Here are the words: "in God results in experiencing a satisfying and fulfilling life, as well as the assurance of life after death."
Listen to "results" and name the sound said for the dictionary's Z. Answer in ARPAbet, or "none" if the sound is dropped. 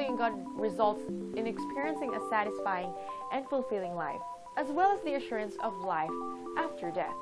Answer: Z